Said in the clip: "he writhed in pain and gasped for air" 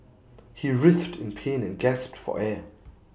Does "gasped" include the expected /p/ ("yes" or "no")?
yes